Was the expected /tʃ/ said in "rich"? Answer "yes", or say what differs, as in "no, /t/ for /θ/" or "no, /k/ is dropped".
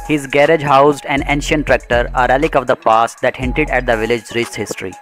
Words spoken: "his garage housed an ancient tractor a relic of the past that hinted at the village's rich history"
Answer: no, /s/ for /tʃ/